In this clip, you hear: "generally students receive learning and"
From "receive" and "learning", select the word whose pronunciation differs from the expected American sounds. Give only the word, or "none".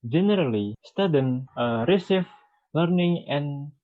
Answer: receive